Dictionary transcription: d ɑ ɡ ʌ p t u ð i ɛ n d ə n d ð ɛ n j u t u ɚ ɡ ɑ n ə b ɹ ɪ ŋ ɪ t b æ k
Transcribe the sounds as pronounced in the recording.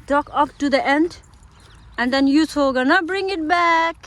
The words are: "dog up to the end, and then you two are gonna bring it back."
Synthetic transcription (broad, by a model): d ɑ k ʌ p t u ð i ɛ n d ə n d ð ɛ n j u s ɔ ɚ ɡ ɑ n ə b ɹ ɪ ŋ ɪ t b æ k